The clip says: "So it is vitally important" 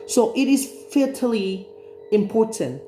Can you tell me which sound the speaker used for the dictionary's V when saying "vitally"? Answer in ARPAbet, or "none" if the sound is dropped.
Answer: F